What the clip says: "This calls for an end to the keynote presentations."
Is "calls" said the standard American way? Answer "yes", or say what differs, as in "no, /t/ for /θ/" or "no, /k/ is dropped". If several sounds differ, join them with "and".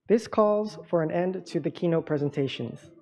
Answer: yes